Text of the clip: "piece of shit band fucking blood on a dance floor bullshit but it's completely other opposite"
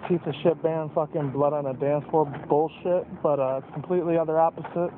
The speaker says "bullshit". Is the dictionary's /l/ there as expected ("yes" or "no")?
yes